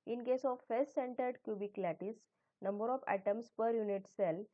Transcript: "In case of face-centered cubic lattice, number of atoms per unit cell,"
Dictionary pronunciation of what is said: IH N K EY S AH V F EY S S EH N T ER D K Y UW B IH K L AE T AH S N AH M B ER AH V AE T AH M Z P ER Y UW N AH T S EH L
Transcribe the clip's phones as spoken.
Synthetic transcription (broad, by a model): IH N K EY S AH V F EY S S EH N T ER D K Y UW B IH K L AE T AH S N AH M B ER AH F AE T AH M S P ER Y UW N AH T S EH L